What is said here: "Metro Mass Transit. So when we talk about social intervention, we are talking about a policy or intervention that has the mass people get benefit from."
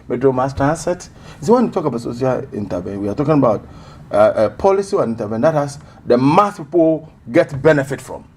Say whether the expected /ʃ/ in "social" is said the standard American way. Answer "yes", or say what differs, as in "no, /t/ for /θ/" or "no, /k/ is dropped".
no, /s/ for /ʃ/